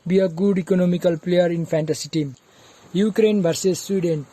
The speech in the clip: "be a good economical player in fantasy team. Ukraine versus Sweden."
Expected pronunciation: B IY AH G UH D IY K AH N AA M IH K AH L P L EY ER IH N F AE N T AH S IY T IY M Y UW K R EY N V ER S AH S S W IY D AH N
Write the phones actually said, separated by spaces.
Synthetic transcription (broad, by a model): B IY AH G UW D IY K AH N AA M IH K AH L P L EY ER IH N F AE N T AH S IY T IY M Y UW K R EY N B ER S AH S S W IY D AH N